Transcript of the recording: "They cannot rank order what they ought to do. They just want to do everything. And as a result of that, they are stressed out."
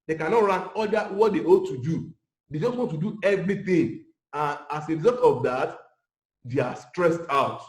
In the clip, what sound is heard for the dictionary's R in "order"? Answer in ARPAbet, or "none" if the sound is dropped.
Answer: L